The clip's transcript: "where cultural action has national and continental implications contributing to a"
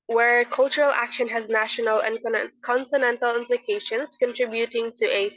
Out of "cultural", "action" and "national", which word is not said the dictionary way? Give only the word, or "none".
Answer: none